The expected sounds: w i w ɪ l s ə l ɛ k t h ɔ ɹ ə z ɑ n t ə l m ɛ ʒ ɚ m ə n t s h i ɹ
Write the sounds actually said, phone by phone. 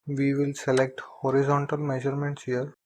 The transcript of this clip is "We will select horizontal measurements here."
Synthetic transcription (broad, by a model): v i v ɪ l s ə l ɛ k t h ɔ ɹ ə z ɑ n t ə l m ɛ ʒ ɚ m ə n t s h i ɹ